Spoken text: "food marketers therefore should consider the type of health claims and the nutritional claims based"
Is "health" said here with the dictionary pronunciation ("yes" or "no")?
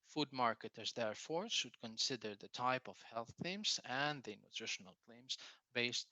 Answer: yes